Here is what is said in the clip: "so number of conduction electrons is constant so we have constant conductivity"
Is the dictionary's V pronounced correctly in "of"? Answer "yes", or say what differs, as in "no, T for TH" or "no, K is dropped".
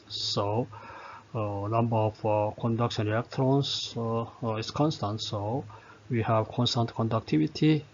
no, F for V